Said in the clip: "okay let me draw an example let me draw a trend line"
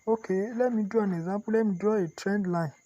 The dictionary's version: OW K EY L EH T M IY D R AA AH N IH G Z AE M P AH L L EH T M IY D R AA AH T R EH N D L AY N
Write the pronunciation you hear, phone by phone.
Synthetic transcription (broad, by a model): OW K EY L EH M IY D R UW AH N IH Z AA P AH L L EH M IY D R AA AH T R EH N D L AY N